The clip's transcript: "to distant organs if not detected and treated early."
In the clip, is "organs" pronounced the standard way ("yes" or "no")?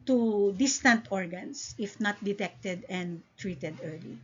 no